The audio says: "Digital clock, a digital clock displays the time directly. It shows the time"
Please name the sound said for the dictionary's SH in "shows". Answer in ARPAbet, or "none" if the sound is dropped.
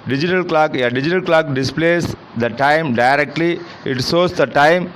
S